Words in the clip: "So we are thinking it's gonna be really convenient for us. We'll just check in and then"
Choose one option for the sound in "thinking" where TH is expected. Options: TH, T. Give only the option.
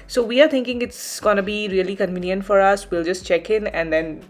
T